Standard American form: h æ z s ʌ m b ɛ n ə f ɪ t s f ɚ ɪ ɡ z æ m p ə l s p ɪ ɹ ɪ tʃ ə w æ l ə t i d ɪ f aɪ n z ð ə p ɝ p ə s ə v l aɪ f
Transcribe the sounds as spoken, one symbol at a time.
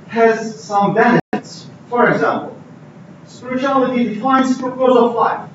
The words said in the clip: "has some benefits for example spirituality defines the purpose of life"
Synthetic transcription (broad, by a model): h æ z s ʌ m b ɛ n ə ɪ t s f ɚ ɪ ɡ z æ m p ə l s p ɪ ɹ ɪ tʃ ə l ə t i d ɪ f aɪ n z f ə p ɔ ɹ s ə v l aɪ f